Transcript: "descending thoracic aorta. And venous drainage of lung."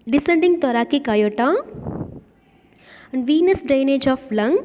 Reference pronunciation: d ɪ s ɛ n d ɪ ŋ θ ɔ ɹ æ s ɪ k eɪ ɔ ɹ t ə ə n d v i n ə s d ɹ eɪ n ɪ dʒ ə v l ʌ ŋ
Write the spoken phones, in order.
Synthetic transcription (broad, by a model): d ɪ s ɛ n d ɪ ŋ t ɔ ɹ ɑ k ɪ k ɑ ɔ t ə ə n d v i n ə s d ɹ eɪ n ɪ dʒ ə f l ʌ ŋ